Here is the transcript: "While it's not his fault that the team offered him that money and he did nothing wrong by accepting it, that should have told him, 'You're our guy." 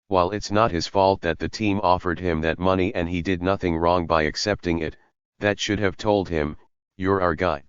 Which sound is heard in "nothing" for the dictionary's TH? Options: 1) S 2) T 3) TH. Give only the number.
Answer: 3